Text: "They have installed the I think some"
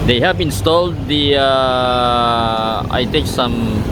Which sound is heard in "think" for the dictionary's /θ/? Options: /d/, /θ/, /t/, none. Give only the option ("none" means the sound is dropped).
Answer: /t/